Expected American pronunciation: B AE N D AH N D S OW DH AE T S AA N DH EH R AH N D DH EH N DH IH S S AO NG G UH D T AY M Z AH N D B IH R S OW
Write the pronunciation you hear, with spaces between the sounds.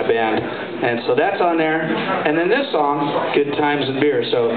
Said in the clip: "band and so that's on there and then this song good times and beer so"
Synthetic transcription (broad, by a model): B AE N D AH N S OW DH AE T S N DH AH R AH N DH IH N DH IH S S AO NG G UH D T AY M Z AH N B IH R S OW